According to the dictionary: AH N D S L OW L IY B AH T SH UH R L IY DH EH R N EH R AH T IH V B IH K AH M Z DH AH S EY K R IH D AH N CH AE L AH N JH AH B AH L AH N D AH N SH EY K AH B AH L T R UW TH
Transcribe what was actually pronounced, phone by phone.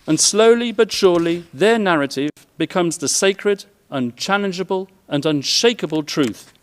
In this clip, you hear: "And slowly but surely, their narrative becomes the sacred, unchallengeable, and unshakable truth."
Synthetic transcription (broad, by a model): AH N S L OW L IY B AH T SH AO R L IY DH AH R N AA R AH T IH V B IH K AH M Z DH AH S EY K R IH D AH N CH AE L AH N JH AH B AH L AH N AH N SH EY K AH B AH L T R UW TH